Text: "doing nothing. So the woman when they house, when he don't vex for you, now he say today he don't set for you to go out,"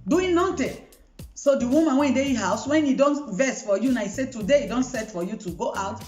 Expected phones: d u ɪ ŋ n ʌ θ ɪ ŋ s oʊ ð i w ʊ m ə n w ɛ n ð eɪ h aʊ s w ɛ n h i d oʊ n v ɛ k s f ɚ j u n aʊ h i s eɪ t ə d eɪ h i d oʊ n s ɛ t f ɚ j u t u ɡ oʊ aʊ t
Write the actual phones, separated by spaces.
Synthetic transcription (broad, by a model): d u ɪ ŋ n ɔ t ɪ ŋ s oʊ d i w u m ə n w ɛ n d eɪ h aʊ s w ɛ n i d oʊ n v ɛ s f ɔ j u n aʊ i s eɪ t ə d eɪ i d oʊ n s ɛ t f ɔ j u t u ɡ oʊ aʊ t